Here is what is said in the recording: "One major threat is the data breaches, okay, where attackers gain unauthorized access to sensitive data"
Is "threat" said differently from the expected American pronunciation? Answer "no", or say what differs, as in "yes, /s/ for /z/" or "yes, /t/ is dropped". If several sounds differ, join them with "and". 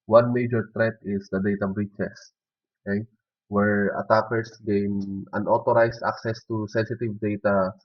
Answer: yes, /t/ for /θ/